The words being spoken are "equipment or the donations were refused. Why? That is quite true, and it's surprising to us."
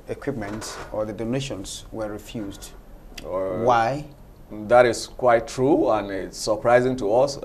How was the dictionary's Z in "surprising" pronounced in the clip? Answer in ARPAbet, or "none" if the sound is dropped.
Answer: Z